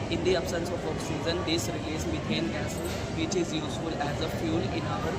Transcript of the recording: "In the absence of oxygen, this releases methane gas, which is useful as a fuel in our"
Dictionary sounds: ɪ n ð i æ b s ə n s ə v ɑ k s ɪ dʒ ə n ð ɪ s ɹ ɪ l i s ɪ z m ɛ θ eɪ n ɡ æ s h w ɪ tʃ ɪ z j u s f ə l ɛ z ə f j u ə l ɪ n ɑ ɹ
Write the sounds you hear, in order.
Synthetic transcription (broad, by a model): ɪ n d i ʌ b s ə n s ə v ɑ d s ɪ z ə n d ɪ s ɹ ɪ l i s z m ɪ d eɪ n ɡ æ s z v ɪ tʃ ɪ z j u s f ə l ɛ z ə f j u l ɪ n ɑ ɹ